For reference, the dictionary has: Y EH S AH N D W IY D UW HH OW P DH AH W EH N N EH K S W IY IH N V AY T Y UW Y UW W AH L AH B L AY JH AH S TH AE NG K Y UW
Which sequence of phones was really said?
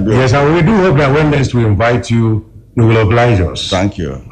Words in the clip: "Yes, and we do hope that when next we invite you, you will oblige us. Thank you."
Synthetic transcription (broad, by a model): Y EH S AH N W IY D UW HH OW P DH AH W EH N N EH S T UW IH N V AY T Y UW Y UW W AH L AH B L AY JH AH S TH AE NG K Y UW